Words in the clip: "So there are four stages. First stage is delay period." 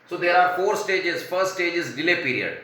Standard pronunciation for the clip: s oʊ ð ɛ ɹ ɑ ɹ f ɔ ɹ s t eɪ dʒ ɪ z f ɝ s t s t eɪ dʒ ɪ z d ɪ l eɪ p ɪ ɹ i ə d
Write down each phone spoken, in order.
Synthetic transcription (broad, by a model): s oʊ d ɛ ɹ ɑ ɹ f ɔ ɹ s t eɪ dʒ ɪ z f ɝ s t s t eɪ dʒ ɪ z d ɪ l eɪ p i ɹ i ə d